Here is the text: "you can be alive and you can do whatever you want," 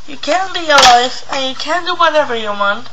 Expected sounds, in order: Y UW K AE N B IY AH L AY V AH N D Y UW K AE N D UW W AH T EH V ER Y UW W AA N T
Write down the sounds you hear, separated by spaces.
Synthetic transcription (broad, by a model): Y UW K AE N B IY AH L AY F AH N Y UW K AE N D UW W AH T EH V ER Y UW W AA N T